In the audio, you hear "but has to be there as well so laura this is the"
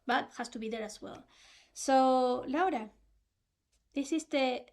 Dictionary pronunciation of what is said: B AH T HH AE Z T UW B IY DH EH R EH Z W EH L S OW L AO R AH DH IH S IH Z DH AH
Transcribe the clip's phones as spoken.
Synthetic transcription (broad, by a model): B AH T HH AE S T UW B IY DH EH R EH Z W EH L S OW L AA R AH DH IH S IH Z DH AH